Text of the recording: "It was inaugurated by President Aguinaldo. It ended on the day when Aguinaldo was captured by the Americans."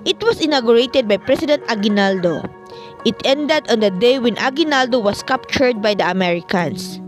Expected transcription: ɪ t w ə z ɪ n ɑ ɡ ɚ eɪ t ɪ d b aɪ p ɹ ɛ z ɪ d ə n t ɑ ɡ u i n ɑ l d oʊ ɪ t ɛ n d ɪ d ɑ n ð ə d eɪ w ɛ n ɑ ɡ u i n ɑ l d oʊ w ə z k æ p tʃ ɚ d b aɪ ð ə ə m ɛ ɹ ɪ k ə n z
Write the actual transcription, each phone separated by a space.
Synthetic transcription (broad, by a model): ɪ t w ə s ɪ n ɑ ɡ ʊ eɪ t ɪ d b aɪ p ɹ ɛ s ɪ d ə n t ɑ ɡ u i n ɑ l d oʊ ɪ t ɛ n d ɪ d ɑ n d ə d eɪ w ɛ n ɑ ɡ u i n ɑ l d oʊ w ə s k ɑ p tʃ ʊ d b aɪ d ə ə m ɛ ɹ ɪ k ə n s